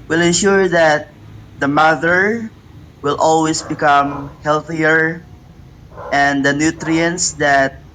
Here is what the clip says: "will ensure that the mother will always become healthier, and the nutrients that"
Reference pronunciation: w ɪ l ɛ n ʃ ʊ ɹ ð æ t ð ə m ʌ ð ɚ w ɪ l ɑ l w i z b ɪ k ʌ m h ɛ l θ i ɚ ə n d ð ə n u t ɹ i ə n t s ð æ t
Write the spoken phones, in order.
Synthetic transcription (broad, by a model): w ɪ l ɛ n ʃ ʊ ɹ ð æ t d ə m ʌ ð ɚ w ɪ l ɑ l w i s b ɪ k ʌ m h ɛ l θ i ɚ ə n d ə n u t ɹ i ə n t s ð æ t